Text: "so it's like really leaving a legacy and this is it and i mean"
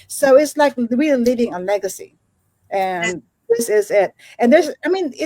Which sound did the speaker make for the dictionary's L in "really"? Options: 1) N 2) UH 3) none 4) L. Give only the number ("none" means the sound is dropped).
3